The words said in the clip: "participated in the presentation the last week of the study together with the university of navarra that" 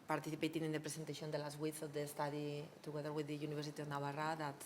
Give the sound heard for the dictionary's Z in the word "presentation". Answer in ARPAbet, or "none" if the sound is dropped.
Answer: S